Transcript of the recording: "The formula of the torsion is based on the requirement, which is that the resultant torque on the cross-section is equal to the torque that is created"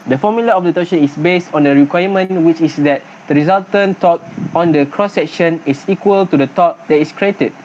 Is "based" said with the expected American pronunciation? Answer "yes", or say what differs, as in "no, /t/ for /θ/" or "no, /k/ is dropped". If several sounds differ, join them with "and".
yes